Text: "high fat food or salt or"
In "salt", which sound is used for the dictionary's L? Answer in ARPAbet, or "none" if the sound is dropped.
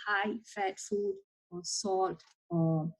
none